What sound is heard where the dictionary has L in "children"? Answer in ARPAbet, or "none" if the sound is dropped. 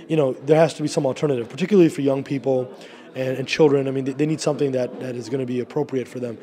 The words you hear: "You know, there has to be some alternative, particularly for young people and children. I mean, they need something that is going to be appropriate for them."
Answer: L